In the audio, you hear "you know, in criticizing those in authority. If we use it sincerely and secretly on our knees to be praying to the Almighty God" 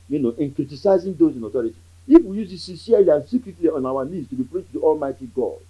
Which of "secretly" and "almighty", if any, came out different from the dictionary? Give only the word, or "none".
none